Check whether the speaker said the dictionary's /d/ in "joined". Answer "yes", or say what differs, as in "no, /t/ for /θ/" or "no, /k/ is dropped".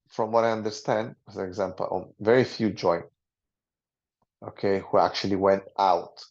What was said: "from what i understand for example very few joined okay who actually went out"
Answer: no, /d/ is dropped